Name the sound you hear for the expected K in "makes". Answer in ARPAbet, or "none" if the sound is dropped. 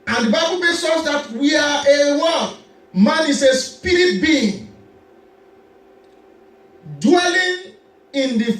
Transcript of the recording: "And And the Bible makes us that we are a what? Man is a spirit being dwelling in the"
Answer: none